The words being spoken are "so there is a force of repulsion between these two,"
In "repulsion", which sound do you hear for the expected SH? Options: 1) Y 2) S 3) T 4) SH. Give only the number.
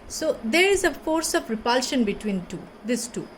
4